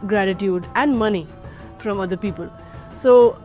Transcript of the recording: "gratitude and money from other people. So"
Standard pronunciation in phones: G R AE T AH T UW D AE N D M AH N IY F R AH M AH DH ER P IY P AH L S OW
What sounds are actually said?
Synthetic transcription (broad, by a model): G R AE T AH T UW D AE N D M AH N IY F R AH M AH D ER P IY P AH L S OW